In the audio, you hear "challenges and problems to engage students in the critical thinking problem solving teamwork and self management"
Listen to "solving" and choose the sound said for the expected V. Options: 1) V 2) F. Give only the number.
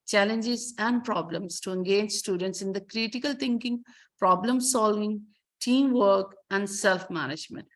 1